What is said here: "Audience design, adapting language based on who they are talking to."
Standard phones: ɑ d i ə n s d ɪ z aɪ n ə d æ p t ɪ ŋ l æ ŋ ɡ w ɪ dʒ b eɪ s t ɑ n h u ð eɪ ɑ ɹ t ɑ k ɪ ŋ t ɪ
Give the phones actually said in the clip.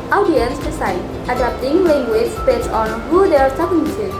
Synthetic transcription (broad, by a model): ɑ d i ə n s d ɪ s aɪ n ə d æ p t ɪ ŋ l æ ŋ ɡ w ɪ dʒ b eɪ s ɑ n h u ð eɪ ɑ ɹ s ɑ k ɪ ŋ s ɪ